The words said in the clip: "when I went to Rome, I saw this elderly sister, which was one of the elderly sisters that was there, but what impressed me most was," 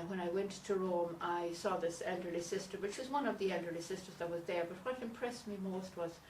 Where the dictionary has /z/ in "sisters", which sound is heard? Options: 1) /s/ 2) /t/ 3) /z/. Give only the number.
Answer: 3